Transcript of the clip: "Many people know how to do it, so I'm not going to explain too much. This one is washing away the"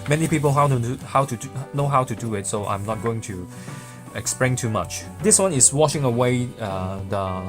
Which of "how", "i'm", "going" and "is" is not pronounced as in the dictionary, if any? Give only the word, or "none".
is